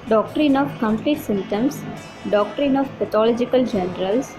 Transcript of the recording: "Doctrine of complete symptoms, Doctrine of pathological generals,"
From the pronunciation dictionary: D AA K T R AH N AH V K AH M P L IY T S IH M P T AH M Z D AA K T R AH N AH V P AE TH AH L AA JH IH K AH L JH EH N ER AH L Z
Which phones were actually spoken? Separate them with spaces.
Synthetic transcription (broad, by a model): D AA K T R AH N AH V K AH M P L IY T S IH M T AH M S D AA K T R AH N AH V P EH T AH L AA JH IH K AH L JH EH N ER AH L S